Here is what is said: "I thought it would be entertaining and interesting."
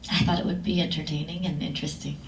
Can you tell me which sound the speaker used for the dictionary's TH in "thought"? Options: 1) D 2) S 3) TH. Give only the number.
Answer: 3